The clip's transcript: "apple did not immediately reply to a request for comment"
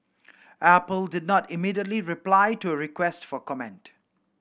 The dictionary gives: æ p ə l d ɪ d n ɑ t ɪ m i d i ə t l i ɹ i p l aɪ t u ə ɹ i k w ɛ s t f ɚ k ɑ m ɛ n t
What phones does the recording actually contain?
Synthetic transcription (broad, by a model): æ p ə l d ɪ d n ɑ t ɪ m i d i ə t l i ɹ i p l aɪ t u ə ɹ i k w ɛ s t f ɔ k ɑ m ɛ n t